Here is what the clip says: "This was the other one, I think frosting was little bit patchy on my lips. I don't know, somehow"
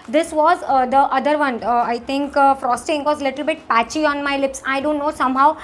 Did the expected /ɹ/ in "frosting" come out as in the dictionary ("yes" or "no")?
yes